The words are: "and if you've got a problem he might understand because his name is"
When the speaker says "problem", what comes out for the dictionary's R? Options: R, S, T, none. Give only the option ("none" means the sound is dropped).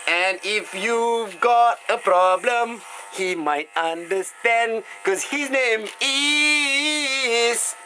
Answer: R